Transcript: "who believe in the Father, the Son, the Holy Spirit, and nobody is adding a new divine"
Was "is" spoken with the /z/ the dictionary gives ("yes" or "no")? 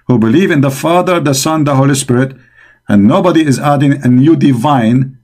yes